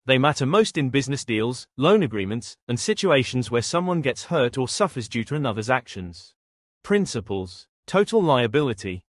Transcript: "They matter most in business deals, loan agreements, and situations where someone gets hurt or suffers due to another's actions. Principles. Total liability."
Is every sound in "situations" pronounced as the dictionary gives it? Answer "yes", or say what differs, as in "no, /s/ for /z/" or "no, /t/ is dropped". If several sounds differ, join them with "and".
yes